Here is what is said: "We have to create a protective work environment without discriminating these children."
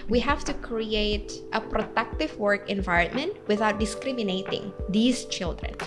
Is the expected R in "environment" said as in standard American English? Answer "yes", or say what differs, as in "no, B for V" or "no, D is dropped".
yes